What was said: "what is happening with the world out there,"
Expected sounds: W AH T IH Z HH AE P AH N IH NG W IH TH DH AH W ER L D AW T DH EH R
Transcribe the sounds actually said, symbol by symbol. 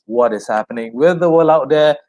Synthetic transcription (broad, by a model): W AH T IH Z HH AE P AH N IH NG W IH DH AH W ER L AW T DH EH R